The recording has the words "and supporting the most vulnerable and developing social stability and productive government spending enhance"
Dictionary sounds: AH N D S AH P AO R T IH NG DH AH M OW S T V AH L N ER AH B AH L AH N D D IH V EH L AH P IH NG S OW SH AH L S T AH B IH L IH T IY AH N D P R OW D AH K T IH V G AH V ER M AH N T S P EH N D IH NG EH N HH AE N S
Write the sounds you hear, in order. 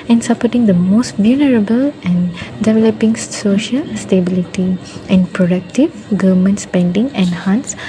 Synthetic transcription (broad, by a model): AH N S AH P AO T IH NG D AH M OW S T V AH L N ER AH B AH L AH N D D IH V EH L AH P IH NG S OW SH AH L S T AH B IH L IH T IY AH N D P R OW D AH K T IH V G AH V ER M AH N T S P EH N D IH NG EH N HH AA N S